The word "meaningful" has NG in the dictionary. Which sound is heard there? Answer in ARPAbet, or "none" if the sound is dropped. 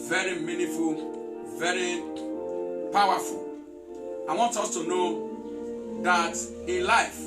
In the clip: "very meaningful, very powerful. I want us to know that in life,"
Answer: none